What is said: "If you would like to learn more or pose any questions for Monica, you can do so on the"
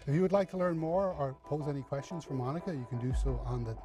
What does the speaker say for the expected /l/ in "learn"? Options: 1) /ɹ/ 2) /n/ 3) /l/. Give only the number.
3